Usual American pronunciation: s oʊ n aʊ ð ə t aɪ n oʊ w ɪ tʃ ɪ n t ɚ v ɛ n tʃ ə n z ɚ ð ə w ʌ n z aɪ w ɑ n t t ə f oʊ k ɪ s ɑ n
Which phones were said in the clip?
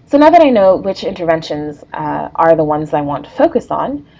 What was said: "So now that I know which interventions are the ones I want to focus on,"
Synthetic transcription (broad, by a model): s oʊ n aʊ ð ə t aɪ n oʊ w ɪ tʃ ɪ n t ɚ v ɛ n ʃ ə n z ɚ ð ə w ʌ n z aɪ w ɑ n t t ə f oʊ k ɪ s n